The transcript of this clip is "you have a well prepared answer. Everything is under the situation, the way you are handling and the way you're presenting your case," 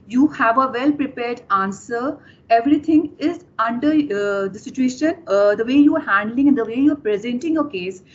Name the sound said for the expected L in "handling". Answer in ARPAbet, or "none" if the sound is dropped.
L